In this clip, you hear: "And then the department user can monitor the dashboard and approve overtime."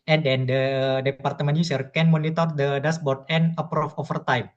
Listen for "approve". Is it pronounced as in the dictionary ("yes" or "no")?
no